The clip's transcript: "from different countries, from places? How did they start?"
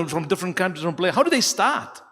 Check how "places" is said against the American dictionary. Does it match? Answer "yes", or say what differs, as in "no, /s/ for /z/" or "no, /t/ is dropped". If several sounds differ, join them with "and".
no, /s/ is dropped and /z/ is dropped